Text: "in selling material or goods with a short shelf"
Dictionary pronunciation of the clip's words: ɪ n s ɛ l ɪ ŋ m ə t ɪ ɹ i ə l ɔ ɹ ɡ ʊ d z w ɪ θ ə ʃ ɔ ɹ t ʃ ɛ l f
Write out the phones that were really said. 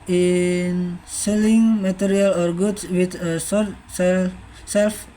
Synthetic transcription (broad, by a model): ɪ n s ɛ l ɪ ŋ m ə t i ɹ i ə l ɔ ɹ ɡ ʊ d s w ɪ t ə s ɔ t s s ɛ l f